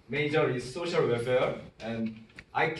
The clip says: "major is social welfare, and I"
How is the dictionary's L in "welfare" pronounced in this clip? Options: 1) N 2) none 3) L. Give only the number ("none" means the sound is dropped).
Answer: 2